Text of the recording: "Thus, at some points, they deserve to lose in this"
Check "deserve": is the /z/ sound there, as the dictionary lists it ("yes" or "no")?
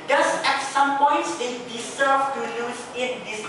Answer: no